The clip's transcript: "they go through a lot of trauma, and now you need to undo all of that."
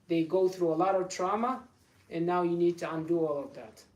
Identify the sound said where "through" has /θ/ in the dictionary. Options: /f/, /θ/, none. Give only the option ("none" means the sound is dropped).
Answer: /θ/